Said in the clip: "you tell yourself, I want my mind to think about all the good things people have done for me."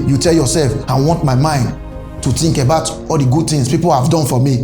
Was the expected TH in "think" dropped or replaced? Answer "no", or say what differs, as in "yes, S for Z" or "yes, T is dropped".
yes, T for TH